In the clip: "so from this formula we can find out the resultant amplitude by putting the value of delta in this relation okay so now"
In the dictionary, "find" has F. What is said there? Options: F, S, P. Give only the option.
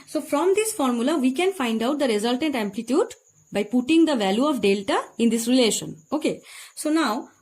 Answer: F